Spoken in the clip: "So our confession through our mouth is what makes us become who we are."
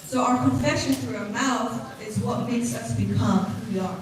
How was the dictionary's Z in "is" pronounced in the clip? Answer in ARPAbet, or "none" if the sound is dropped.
Z